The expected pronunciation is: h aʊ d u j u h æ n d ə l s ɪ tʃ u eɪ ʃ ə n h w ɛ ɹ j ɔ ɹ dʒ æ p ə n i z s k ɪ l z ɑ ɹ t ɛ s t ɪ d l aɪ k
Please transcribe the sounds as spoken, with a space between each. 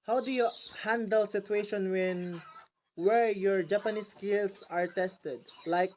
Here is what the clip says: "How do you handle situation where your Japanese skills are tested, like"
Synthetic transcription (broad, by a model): h aʊ d u j u h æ n d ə l s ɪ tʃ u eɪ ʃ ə n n w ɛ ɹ j ɔ ɹ dʒ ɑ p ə n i s k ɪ l s ɑ ɹ t ɛ s t ɪ d l aɪ k